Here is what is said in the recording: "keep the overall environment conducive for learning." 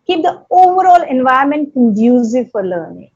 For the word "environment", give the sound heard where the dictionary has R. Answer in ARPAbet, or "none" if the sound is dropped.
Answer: none